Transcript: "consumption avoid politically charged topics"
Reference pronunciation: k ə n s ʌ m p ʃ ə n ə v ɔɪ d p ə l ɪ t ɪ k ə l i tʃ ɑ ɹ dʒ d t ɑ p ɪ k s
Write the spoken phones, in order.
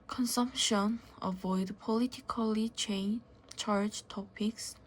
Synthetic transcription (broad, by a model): k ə n s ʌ m p ʃ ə n ə v ɔɪ d p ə l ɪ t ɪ k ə l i tʃ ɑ ɹ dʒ t ɑ p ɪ k s